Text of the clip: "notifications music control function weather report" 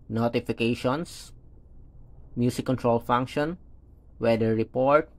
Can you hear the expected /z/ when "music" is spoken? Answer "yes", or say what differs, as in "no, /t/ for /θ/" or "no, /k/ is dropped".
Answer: no, /s/ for /z/